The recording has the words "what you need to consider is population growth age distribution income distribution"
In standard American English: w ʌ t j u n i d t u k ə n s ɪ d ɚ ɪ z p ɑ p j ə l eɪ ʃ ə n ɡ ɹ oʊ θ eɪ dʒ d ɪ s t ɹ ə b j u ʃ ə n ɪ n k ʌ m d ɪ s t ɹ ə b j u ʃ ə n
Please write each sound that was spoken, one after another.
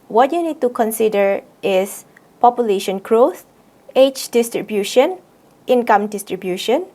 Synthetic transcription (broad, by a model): w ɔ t j u n i d t u k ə n s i d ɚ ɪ s p ɑ p j ə l eɪ ʃ ə n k ɹ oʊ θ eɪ tʃ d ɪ s t ɹ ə b j u ʃ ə n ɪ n k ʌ m d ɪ s t ɹ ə b j u ʃ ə n